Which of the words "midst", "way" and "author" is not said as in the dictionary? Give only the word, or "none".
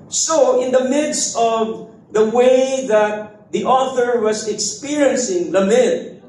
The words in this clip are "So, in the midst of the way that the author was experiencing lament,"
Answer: none